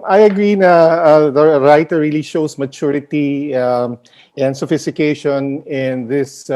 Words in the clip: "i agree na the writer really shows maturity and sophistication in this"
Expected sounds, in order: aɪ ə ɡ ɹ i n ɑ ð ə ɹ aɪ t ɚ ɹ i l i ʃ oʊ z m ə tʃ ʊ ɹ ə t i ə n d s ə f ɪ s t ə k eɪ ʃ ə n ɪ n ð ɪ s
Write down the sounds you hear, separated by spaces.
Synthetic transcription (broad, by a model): aɪ ə ɡ ɹ i n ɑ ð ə ɹ aɪ t ɚ ɹ i l i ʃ oʊ s m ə tʃ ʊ ɹ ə t i ə n d s ə f ɪ s t ə k eɪ ʃ ə n ɪ n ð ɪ s